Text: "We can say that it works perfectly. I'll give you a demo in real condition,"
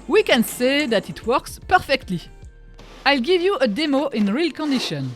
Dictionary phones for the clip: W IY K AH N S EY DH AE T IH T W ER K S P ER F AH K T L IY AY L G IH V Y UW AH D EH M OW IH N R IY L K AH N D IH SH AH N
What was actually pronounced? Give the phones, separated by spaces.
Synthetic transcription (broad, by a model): W IY K AH N S EY DH AE T IH T W ER K S P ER F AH K T L IY AY L G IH V Y UW AH D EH M OW IH N R IY L K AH N D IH SH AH N